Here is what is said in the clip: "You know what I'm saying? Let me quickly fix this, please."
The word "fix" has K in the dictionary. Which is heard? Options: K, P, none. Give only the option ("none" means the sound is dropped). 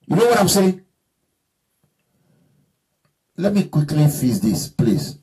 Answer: none